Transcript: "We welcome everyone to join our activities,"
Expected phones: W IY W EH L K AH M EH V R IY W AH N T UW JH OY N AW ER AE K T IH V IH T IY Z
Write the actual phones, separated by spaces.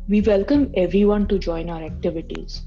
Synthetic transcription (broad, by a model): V IY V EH L K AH M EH V R IY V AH N T UW JH OY N AW ER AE K T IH V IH T IY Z